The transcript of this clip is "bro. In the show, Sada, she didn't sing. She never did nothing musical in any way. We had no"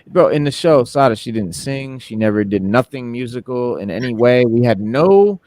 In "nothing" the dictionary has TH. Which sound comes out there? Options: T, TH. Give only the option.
TH